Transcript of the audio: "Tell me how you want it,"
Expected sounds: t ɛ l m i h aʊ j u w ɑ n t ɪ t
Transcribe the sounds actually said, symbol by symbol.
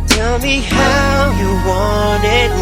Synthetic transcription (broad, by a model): t ɛ l m i h aʊ j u w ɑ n ɪ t